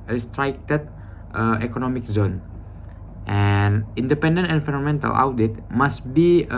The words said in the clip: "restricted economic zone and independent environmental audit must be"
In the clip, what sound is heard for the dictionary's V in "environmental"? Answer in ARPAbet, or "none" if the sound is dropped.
F